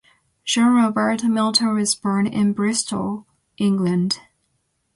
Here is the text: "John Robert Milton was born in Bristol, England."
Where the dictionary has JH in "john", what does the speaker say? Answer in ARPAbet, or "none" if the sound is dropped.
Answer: ZH